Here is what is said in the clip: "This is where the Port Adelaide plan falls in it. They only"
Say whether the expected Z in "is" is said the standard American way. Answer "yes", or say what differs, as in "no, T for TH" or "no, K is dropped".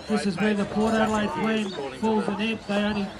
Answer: yes